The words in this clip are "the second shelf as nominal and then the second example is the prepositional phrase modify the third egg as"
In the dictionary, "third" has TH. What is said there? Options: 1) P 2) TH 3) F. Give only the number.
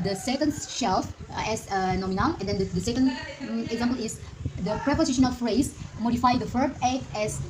3